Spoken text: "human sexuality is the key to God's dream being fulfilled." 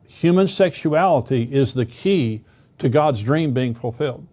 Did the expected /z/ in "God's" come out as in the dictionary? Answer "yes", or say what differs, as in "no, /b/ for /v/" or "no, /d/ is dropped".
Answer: yes